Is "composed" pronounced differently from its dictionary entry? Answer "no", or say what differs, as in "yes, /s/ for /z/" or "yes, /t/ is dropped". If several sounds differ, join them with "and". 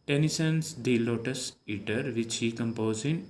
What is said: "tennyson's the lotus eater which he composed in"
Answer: yes, /d/ is dropped